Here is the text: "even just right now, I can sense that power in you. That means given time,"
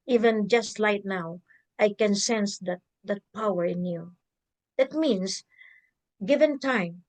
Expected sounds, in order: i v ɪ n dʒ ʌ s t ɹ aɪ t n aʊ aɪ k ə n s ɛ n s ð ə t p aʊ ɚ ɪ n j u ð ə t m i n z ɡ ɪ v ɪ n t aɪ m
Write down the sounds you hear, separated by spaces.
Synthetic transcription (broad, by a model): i v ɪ n dʒ ʌ s t l aɪ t n aʊ aɪ k ə n s ɛ n s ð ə t p aʊ ɚ ɪ n j u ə t m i n s ɡ ɪ v ɪ n t aɪ m